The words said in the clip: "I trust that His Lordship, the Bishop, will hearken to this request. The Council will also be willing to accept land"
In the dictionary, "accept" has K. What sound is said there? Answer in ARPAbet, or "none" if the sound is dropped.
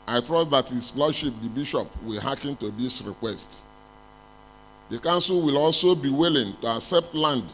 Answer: K